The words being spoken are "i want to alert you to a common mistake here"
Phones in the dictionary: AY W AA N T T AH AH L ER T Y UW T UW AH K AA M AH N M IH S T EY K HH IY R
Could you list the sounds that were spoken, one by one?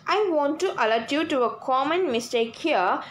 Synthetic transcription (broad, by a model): AY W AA N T T AH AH L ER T Y UW T UW AH K AA M AH N M IH S T EY K HH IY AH